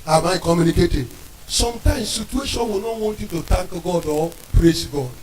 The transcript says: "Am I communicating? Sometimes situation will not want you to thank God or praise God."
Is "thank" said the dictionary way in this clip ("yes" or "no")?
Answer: no